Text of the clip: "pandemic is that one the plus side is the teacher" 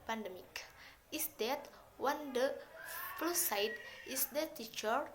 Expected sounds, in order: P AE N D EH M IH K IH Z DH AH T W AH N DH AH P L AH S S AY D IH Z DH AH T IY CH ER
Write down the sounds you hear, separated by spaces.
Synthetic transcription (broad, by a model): P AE N D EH M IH K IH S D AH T W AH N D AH F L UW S S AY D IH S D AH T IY CH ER